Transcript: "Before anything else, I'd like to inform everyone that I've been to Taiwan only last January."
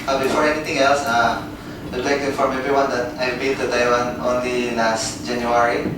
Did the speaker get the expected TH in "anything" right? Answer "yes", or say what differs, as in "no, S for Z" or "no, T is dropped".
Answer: no, T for TH